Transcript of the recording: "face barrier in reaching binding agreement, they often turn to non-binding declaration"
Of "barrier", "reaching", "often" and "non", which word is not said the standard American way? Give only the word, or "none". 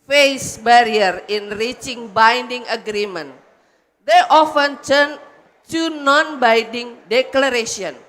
none